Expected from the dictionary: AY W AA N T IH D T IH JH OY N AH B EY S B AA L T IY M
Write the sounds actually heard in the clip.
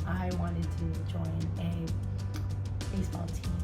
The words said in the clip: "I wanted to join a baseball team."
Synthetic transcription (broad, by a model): AY W AA N T IH D T IH JH OY N AH B EY S B AA L T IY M